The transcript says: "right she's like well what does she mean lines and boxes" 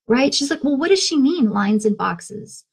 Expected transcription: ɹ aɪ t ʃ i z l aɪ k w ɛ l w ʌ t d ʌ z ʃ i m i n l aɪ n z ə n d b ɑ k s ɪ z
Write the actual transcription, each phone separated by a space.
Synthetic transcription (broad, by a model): ɹ aɪ t ʃ i z l aɪ k w ɛ l w ʌ t d ʌ z ʃ i m i n l aɪ n z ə n b ɑ k s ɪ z